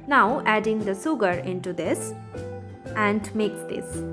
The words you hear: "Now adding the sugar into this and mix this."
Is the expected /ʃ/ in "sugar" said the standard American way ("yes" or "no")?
no